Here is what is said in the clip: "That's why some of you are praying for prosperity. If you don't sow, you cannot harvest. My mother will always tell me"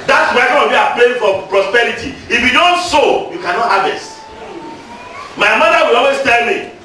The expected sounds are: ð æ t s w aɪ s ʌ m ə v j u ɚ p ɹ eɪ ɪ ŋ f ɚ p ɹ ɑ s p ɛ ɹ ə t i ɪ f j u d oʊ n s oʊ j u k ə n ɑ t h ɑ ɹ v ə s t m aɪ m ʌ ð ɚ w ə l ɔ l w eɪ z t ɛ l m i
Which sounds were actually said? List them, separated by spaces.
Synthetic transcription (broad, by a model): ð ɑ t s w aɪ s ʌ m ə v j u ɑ p l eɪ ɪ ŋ f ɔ p ɹ ɑ s p ɛ ɹ ə t i ɪ f j u d oʊ n s oʊ j u k ə n ɑ t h ɑ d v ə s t m aɪ m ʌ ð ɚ w ə l ɔ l w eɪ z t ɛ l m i